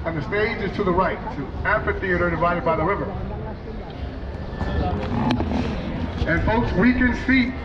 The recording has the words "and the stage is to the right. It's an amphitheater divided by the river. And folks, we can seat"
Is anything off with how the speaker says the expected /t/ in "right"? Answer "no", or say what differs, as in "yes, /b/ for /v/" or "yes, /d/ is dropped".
yes, /t/ is dropped